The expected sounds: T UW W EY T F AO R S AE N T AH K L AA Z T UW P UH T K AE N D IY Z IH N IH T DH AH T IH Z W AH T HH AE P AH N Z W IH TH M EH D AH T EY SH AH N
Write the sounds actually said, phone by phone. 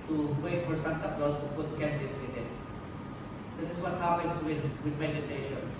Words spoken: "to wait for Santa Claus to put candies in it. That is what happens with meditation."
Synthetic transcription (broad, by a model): T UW W EY T F AO R S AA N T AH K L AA S T UW P UH T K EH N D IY S IH N IH T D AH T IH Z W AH T HH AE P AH N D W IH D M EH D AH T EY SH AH N